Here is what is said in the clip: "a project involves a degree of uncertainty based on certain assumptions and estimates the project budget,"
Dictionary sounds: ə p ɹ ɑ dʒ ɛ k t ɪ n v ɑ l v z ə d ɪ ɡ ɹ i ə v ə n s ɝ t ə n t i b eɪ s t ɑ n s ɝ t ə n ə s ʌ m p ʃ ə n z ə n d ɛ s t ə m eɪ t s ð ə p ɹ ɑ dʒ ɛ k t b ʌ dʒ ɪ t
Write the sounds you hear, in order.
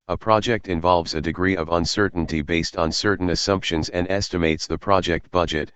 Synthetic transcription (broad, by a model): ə p ɹ ɑ dʒ ɛ k t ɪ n v ɑ l v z ə d ɪ ɡ ɹ i ə v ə n s ɝ t n t i b eɪ s t n s ɝ t n ə s ʌ m p ʃ ə n z ə n d ɛ s t ə m eɪ t s ð ə p ɹ ɑ dʒ ɛ k t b ʌ dʒ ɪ t